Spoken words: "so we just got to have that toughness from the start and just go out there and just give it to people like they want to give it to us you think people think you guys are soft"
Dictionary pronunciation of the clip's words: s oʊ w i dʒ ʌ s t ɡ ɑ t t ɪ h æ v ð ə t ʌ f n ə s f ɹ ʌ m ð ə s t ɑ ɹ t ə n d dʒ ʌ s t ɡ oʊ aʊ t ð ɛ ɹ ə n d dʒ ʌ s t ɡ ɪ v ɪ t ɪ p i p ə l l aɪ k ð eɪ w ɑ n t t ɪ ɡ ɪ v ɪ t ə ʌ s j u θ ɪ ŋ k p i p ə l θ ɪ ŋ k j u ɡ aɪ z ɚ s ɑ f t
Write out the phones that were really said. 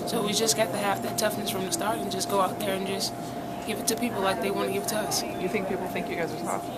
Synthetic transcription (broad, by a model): s oʊ w i dʒ ʌ s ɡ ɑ t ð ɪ h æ f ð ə t ʌ f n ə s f ɹ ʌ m ð ə s t ɑ ɹ t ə n dʒ ʌ s ɡ oʊ aʊ t ð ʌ ɹ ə n dʒ ʌ s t ɡ ɪ v ɪ t ɪ p i p l l aɪ k ð eɪ w ɑ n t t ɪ ɡ ɪ v t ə ʌ s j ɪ θ ɪ ŋ k p i p l θ ɪ ŋ k j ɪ ɡ aɪ z ɚ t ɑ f